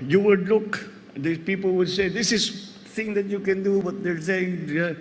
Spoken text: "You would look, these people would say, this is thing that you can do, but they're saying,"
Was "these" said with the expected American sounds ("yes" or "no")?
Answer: no